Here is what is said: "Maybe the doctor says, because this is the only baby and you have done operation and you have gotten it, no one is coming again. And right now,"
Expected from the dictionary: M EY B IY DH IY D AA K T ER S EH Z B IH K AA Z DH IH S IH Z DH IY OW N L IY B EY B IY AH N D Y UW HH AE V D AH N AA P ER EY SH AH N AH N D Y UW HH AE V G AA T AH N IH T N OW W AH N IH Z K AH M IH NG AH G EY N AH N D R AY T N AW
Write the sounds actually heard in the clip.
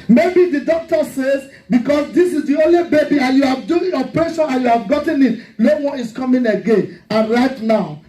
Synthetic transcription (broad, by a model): M EY B IY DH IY D AA K T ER S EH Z B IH K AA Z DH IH S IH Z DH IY OW N L IY B EY B IY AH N Y UW HH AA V D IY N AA P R EY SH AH N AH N Y UW HH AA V G AA T AH N IH T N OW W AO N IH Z K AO M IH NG AH G EY N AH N R AY T N AW